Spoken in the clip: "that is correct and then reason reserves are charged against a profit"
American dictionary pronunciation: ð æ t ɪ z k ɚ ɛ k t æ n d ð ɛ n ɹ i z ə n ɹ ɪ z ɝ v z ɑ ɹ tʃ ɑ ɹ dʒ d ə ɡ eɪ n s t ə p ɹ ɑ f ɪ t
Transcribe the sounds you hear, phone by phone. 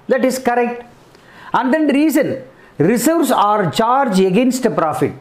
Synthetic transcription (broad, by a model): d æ t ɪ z k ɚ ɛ k t æ n d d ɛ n ɹ i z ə n ɹ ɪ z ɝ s ɑ ɹ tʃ ɑ ɹ dʒ ə ɡ eɪ n s t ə p ɹ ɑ f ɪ t